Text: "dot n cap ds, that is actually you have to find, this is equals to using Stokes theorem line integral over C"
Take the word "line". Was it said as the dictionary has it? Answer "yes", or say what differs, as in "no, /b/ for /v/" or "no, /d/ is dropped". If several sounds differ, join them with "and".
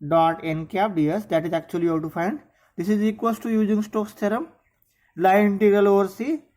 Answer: no, /n/ is dropped